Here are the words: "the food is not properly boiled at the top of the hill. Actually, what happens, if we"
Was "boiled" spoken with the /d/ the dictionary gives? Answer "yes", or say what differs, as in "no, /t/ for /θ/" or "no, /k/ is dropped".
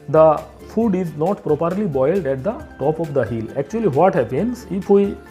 yes